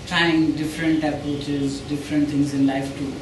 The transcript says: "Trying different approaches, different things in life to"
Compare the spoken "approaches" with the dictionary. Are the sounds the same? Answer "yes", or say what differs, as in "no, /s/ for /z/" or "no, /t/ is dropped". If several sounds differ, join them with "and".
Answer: no, /ɹ/ is dropped